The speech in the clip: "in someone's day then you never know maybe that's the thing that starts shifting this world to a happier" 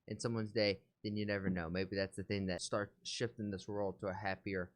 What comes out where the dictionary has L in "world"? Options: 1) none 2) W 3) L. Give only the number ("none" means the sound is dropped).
3